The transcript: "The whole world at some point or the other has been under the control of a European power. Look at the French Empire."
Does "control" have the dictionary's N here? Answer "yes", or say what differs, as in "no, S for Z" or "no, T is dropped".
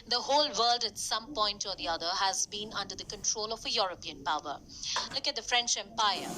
yes